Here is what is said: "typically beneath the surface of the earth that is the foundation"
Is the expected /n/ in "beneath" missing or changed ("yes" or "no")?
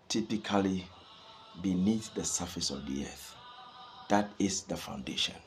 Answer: no